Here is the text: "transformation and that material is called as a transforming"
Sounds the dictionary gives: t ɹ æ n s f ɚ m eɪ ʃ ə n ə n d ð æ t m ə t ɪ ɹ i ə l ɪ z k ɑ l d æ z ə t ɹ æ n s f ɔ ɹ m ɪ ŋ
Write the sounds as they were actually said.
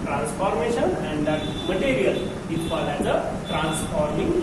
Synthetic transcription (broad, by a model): t ɹ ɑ n s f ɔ m eɪ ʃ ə n ə n d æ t m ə t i ɹ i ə l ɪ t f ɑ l æ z ə t ɹ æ n s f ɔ ɹ m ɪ ŋ